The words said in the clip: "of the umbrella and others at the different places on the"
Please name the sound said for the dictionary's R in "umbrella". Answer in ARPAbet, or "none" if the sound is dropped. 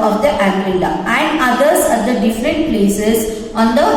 none